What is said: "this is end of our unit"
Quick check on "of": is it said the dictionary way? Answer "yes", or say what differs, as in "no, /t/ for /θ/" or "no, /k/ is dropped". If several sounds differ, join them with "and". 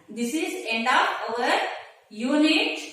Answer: no, /p/ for /v/